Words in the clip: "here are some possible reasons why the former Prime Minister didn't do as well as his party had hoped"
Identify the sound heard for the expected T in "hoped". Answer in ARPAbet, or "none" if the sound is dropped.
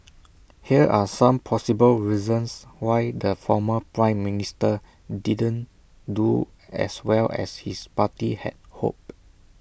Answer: none